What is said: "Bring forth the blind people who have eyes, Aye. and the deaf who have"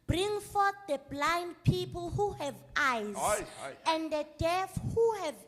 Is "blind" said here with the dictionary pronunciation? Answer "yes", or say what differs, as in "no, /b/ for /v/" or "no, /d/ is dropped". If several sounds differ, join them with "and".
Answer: yes